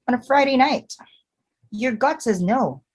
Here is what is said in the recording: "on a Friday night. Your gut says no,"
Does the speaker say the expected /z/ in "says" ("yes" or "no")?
yes